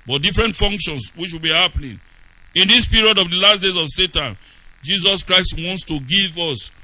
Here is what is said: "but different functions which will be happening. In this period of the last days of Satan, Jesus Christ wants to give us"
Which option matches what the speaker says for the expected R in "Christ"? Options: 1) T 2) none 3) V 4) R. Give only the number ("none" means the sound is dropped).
4